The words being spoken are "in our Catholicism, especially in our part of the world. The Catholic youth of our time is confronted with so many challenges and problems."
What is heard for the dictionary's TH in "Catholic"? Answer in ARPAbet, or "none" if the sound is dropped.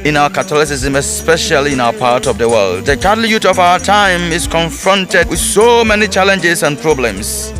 T